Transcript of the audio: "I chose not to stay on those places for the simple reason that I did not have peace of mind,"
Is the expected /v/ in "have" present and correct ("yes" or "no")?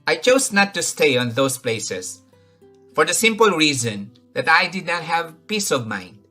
yes